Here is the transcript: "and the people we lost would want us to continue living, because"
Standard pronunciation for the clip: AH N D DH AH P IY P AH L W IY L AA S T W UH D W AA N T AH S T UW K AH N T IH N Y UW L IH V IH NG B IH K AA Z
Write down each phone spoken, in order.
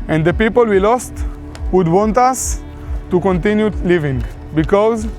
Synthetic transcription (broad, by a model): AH N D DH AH P IY P AH L W IY L AA S T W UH D W AA N T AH S T UW K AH N T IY N Y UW L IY V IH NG B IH K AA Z